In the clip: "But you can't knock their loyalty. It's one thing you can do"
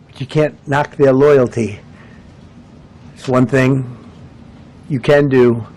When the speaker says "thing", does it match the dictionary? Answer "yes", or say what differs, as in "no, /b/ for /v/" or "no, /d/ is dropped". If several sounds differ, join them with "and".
yes